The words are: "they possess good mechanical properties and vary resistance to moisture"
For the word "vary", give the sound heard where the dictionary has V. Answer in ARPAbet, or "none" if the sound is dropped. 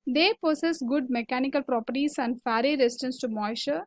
F